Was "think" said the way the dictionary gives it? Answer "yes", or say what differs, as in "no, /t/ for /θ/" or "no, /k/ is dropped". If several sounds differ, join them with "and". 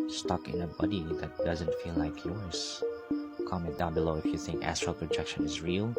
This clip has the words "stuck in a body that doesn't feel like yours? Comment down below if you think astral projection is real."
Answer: yes